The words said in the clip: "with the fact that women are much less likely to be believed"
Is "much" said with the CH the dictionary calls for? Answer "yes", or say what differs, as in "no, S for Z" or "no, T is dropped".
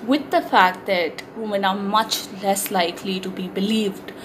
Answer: yes